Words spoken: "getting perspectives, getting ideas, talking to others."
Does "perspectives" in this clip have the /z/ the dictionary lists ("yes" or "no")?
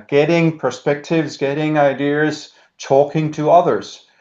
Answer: yes